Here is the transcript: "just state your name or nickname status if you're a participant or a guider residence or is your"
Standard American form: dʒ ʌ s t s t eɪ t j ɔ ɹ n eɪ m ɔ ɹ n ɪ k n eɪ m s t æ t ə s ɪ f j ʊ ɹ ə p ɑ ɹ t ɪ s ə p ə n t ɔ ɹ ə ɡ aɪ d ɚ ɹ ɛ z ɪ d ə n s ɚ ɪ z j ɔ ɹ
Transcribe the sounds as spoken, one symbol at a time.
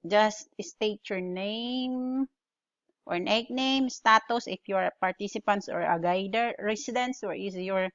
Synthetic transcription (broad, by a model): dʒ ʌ s t s t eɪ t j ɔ ɹ n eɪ m ɔ ɹ n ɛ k n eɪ m s t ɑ t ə s ɪ f j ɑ ɹ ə p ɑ ɹ t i s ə p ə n t ɔ ɹ ə ɡ aɪ d ɚ ɹ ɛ s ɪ d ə n s ɚ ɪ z j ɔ ɹ